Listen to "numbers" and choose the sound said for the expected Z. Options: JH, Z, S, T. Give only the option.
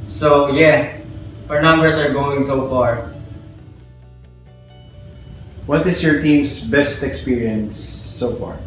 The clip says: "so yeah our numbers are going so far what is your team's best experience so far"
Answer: S